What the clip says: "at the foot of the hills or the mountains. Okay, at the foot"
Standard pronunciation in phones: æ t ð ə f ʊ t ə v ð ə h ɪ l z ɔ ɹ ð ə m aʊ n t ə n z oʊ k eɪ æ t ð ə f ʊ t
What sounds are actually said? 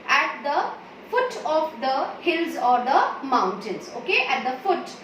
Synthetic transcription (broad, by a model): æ t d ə f ʊ t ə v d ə h ɪ l z ɔ ɹ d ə m aʊ n t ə n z oʊ k eɪ æ t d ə f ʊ t